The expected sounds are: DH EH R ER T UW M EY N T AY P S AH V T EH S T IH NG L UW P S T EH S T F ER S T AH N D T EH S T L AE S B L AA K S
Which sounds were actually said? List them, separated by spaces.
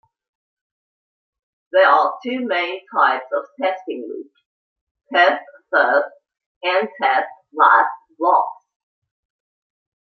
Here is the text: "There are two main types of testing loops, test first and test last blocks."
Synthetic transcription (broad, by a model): DH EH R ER T UW M EY N T AY P S AH V T EH S T IH NG W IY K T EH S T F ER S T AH N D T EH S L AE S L AA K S